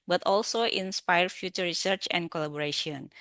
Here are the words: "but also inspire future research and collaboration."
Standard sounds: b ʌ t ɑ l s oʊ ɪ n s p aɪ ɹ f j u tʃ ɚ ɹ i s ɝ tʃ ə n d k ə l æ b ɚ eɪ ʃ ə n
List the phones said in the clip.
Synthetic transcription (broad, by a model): b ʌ t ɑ l s oʊ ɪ n s p aɪ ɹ f j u tʃ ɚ ɹ i s ɝ tʃ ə n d k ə l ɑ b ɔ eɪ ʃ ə n